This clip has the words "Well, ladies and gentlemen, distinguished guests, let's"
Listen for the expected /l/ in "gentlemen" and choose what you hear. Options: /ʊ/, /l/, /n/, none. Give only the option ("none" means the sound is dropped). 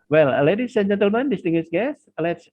/l/